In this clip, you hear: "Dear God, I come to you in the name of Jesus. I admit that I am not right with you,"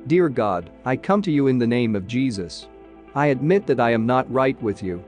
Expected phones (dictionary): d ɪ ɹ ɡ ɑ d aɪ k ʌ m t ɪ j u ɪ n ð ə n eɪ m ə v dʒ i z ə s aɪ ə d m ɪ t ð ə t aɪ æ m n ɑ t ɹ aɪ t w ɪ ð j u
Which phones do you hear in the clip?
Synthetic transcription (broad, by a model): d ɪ ɹ ɡ ɑ d aɪ k ʌ m t ɪ j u ɪ n ð ə n eɪ m ə v dʒ i z ə s aɪ ə d m ɪ t ð ə t aɪ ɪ m n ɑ t ɹ aɪ t w ɪ ð j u